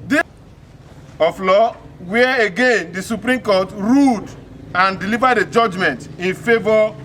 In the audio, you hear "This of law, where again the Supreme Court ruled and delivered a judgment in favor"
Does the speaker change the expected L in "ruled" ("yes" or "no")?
yes